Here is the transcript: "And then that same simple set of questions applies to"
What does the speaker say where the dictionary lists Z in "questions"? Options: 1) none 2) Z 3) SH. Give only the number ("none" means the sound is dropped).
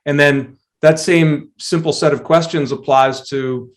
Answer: 2